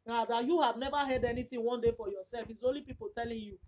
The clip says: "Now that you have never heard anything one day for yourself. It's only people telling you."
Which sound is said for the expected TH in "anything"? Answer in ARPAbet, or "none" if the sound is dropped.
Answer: T